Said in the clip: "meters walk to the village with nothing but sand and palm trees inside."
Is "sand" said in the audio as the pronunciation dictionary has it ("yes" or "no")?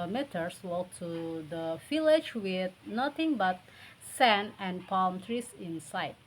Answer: no